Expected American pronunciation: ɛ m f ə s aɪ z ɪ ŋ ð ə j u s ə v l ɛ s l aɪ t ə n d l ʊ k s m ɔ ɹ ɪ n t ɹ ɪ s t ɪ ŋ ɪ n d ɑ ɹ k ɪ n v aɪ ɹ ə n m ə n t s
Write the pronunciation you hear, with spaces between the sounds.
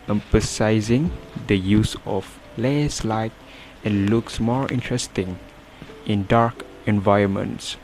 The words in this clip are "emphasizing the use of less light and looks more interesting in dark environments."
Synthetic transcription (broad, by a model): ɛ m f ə s aɪ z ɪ ŋ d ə j u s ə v l ɛ s l aɪ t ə n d l ʊ k s m ɔ ɹ ɪ n t ɹ ɪ s t ɪ ŋ ɪ n d ɑ ɹ k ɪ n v aɪ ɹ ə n m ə n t s